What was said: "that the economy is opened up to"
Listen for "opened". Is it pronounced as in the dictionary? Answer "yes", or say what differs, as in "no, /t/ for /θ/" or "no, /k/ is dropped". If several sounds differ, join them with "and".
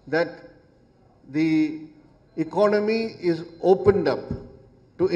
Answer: yes